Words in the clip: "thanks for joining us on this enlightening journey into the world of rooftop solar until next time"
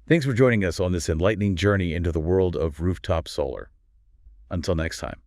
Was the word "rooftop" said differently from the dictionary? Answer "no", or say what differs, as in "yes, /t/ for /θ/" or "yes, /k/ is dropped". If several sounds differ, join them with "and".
no